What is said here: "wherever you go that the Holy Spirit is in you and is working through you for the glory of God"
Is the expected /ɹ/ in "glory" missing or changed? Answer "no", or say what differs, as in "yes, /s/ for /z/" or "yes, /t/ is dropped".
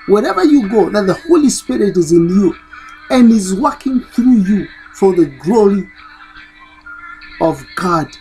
no